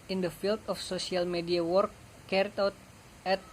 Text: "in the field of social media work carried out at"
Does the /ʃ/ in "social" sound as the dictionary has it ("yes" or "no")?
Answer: no